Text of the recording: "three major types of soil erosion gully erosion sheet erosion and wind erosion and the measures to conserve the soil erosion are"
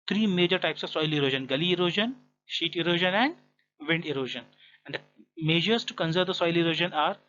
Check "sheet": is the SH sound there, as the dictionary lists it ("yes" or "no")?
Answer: yes